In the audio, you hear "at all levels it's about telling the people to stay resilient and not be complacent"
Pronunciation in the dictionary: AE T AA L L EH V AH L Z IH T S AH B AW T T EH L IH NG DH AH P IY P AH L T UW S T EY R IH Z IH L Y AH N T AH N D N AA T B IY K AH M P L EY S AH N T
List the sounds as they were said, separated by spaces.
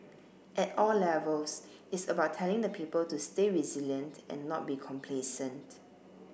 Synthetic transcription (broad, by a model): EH T AA L L EH V AH L S IH T S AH B AW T T EH L IH NG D AH P IY P AH L T UW S T EY R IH Z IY L Y AH N T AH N N AA T B IY K AH M P L EY S AH N T